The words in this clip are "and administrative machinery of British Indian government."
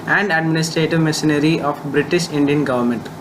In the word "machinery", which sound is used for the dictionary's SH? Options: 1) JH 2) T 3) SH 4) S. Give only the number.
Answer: 4